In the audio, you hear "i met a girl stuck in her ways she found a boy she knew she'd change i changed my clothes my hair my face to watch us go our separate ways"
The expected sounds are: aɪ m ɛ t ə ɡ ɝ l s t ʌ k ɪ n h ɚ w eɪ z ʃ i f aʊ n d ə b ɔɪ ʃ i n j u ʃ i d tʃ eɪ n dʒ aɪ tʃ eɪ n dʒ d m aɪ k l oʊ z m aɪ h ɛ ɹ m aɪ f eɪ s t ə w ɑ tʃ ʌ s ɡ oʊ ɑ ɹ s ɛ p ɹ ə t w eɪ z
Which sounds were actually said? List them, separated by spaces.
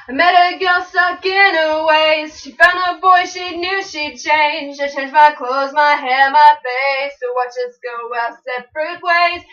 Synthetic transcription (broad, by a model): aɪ m ɛ t ə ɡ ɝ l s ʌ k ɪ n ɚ w eɪ z ʃ i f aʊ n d ə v ɔɪ ʃ i n j u ʃ i d tʃ eɪ n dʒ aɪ tʃ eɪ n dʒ m aɪ k l oʊ z m aɪ h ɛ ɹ m aɪ f eɪ s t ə w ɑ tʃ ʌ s ɡ oʊ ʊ w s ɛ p ɹ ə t w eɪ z